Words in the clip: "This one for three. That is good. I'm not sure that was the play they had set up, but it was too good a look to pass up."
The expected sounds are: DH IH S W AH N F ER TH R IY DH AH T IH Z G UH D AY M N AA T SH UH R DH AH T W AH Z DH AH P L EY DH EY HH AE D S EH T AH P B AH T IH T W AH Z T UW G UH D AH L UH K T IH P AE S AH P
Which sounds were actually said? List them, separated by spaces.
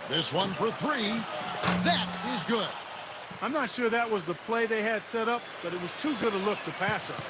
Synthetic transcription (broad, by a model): DH IH S W AH N F ER TH R IY DH AH T IH Z G UH D AY M N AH T SH UH R DH AH T W AH Z DH AH P L EY DH EY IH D S EH T AH P B AH T IH T W AH Z T UW G UH D AH L UH K T IH P AE S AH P